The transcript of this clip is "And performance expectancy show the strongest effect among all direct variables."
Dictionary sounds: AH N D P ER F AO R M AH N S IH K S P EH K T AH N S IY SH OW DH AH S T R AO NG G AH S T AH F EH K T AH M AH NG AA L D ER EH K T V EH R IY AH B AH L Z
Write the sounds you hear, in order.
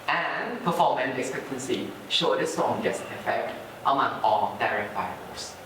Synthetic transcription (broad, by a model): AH N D P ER F AO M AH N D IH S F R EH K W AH N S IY SH OW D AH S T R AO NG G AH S AH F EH T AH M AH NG AA L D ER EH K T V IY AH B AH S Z